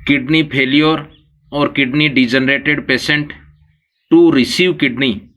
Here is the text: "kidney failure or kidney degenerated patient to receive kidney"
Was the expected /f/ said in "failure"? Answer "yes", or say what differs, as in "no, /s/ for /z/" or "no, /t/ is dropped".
no, /p/ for /f/